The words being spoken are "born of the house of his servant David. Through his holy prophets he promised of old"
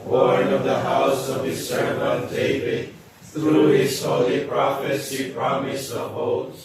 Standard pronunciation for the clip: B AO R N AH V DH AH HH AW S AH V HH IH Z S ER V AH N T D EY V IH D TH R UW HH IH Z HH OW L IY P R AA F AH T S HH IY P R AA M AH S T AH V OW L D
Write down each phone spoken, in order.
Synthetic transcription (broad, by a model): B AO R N AH V DH AH HH AW S AH V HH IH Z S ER AH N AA D EY V IH D TH R UW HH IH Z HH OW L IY P R AA F AH T S HH IY P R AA M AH S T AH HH OW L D